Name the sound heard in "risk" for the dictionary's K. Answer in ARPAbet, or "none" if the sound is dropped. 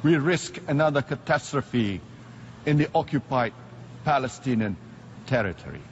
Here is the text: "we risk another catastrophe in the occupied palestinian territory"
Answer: K